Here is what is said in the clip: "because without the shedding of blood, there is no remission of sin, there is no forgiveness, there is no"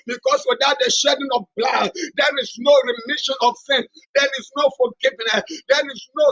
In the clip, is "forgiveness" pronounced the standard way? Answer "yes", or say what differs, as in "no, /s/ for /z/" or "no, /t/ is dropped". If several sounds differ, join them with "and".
no, /l/ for /ɹ/